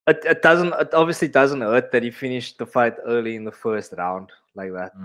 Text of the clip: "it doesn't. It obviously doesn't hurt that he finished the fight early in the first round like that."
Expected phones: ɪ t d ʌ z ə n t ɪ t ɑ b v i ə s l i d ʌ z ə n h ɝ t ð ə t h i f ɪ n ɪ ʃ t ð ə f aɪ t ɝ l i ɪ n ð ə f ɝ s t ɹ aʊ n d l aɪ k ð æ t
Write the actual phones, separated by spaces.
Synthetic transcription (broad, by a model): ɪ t d ʌ z ə n t ɪ t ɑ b v i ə s l i d ʌ z ə n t ɝ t ð ə t h i f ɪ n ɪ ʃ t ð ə f aɪ t ɝ l i ɪ n ð ə f ɝ s t ɹ aʊ n d l aɪ k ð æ t